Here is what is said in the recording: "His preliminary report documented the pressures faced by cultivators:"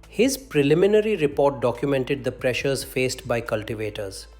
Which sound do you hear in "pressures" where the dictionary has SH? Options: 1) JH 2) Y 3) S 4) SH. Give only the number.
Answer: 4